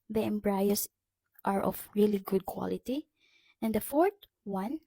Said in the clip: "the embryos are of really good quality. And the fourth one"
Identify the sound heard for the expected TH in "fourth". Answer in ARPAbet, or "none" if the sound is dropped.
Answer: T